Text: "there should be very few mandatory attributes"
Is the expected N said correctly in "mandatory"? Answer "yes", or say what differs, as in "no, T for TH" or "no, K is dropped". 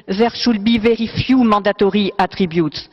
no, N is dropped